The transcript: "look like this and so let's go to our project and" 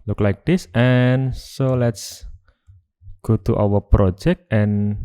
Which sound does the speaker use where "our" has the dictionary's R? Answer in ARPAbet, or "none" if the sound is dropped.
W